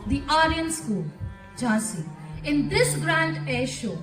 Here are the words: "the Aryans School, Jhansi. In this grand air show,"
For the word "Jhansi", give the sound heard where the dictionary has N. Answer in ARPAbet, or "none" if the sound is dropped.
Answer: none